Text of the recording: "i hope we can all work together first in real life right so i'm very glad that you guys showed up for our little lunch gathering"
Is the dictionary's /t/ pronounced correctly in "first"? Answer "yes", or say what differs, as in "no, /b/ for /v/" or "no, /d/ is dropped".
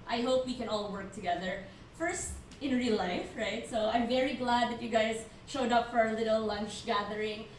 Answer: yes